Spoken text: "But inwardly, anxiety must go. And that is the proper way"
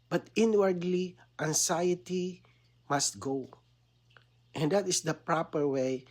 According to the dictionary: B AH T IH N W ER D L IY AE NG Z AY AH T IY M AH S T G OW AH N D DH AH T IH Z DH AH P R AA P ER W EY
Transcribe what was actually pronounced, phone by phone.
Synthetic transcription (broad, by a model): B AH T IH N W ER D L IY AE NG S AY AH T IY M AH S T G OW AH N D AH T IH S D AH P R AA P ER W EY